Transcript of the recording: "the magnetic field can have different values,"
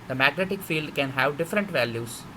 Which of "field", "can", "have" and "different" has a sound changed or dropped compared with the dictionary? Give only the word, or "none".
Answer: none